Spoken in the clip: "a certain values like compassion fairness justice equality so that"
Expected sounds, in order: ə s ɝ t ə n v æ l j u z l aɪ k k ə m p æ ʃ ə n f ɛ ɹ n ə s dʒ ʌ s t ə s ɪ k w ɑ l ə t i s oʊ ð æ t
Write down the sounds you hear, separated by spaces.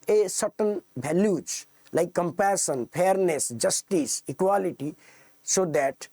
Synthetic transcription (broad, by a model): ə s ɝ t ə n b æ l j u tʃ l aɪ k k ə m p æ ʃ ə n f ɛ ɹ n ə s dʒ ʌ s t ə s ɪ k w ɑ l ə t i s oʊ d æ t